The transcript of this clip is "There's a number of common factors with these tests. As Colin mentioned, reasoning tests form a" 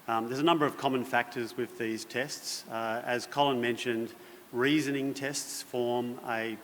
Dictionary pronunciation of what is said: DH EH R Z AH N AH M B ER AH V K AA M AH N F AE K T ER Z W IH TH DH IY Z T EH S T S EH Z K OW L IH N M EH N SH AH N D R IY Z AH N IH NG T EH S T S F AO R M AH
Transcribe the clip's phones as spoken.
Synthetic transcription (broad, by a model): DH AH R Z AH N AH M B ER AH V K AA M AH N F AE K T ER Z W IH DH IY Z T EH S T S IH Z K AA L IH N M EH N SH AH N D R IY Z AH N IH NG T EH S T S F AO R M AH